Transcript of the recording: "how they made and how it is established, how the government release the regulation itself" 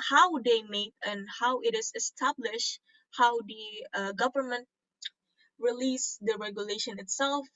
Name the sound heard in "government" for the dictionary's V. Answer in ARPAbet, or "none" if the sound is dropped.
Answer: V